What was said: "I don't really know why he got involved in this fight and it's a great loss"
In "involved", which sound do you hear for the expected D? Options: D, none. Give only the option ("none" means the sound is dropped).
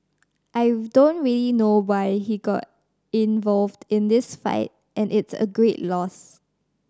D